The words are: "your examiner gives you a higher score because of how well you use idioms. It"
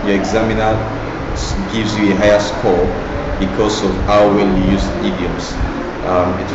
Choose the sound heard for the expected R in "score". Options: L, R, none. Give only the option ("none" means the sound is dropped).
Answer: L